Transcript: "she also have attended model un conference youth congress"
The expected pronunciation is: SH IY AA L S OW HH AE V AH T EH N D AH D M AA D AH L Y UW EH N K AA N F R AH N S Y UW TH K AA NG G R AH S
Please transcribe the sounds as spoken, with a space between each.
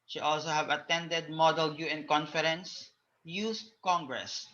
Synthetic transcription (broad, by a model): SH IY AA L S OW HH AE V AH T EH N D AH D M AA D AH L Y UW EH N K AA N F R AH N S Y UW S K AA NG G R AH S